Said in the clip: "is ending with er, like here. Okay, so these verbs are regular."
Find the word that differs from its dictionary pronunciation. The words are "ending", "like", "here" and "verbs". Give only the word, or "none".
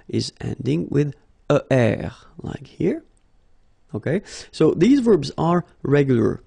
none